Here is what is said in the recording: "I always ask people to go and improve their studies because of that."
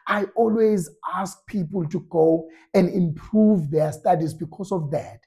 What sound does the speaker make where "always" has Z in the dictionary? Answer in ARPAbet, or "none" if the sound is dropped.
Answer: Z